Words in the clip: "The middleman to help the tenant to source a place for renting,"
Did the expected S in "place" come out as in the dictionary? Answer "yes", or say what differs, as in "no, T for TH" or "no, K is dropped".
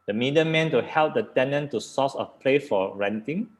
no, S is dropped